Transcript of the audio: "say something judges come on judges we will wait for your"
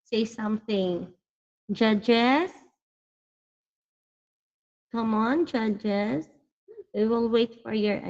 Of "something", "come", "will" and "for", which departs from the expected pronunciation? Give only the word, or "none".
none